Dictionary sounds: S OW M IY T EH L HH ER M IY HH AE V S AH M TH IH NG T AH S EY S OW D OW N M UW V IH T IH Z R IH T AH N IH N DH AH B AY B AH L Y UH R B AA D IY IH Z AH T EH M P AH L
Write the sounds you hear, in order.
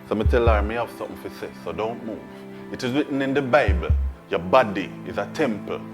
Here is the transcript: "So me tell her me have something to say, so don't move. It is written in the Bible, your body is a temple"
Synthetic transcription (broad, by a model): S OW M IY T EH L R M IY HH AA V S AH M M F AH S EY S OW D OW N M UW V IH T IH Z W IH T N IH N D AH B AY B AH L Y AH B AA D IY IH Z AH T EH M P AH